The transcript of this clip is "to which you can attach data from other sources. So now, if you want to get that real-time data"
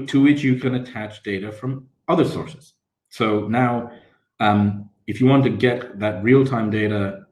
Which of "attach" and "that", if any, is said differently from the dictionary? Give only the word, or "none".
none